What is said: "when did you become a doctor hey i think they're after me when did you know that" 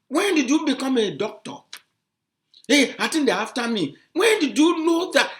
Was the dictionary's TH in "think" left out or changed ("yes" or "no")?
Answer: yes